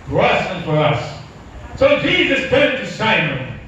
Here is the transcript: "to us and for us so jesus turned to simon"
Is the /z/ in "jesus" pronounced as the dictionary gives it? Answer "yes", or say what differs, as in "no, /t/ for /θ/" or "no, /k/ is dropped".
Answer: yes